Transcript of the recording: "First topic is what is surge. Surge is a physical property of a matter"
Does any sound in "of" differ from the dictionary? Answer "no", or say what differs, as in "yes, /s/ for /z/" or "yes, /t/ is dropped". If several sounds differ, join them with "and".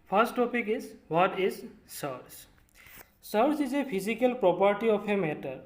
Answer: yes, /p/ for /v/